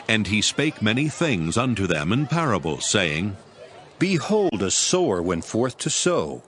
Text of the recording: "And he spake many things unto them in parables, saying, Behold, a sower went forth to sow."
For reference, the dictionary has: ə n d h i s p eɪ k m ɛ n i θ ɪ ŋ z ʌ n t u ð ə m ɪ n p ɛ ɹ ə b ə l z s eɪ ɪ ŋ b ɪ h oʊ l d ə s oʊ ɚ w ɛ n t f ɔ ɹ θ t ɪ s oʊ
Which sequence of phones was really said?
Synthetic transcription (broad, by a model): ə n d i s p eɪ k m ɛ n i θ ɪ ŋ z ʌ n t u ð ə m ɪ n p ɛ ɹ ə b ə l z s eɪ ɪ ŋ b ɪ h oʊ l d ə s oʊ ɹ w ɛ n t f ɔ ɹ θ t ɪ s oʊ